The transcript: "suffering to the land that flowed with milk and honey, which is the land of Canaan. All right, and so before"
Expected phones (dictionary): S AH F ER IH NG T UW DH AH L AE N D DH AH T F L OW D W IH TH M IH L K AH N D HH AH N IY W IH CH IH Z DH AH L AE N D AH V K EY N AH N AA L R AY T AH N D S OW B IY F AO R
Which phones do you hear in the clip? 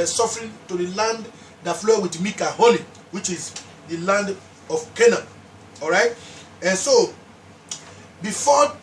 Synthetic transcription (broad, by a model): S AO F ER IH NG T UW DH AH L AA N D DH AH T F L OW W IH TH M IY K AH HH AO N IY W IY CH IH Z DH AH L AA N D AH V K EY N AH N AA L R AY T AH N S OW B IY F AO